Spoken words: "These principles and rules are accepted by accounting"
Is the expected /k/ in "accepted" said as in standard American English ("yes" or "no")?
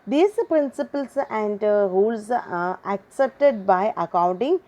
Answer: yes